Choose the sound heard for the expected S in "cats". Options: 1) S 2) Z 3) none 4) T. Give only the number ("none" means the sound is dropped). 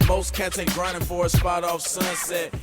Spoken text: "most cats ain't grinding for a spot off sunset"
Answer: 3